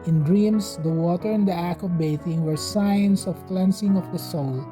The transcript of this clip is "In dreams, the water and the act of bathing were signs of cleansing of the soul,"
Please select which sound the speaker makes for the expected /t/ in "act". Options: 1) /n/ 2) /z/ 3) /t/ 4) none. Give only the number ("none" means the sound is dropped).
4